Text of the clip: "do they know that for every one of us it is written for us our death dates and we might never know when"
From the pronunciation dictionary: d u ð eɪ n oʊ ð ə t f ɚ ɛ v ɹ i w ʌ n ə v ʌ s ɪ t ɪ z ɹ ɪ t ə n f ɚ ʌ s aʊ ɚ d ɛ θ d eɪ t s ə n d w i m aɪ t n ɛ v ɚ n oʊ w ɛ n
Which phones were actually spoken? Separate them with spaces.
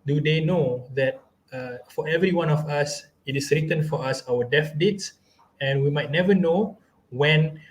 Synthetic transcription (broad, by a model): d u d eɪ n oʊ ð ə t f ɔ ɛ v ɹ i w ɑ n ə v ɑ s ɪ t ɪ s ɹ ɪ t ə n f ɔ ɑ s aʊ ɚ d ɛ f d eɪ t s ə n w i m aɪ t n ɛ v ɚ n oʊ w ɛ n